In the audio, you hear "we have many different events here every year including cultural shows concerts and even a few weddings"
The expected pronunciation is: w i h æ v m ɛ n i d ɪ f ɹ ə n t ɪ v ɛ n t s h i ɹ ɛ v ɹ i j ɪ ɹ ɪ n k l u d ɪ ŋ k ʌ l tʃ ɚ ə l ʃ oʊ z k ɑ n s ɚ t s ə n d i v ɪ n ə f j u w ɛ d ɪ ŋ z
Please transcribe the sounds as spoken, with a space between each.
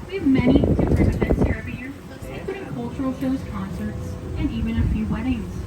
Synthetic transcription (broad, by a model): w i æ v m ɛ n i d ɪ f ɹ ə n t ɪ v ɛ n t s h i ɹ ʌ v i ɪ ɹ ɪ k u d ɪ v k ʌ l tʃ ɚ l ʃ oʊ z k ɑ n s ɚ t s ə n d i v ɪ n ə f j u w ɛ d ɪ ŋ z